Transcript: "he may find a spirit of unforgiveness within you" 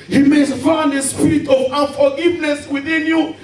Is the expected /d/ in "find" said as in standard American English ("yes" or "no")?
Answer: no